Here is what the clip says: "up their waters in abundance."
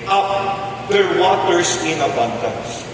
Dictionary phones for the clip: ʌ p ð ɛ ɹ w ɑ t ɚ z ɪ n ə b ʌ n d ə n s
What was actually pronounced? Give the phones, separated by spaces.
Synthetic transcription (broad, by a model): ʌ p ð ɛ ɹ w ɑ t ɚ s ɪ n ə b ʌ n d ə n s